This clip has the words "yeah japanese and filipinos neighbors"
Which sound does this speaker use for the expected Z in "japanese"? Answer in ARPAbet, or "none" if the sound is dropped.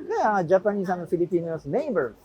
S